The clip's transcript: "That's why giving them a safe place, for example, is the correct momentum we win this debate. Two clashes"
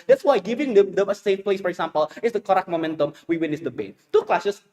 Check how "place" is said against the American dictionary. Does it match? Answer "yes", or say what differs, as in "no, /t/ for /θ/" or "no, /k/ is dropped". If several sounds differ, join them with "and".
yes